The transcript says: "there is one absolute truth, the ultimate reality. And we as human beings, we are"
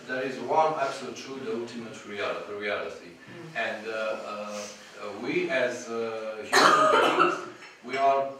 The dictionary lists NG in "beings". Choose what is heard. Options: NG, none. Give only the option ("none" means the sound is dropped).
none